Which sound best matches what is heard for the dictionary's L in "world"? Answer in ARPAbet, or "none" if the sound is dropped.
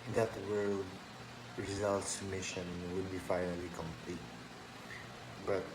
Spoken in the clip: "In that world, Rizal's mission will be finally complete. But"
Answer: none